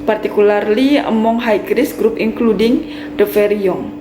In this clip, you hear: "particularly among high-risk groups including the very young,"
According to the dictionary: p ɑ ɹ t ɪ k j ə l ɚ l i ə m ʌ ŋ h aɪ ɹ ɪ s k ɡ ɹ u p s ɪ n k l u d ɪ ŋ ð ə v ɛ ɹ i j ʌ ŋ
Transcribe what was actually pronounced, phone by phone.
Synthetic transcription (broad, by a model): p ɑ ɹ t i k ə l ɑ l i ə m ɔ ŋ h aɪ ɹ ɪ s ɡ ɹ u p ɪ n k l u d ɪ ŋ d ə f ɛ ɹ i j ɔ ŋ